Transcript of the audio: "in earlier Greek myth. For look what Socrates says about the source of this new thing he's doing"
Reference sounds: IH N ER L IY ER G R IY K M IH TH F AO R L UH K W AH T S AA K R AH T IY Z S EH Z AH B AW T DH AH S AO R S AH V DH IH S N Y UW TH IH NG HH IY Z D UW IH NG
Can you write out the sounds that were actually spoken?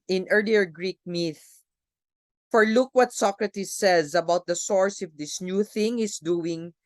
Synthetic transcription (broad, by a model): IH N ER L IY ER G R IY K M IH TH F AO R L UH K W AH T S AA K R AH T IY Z S EH Z AH B AW T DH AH S AO R S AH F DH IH S N Y UW TH IH NG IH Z D UW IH NG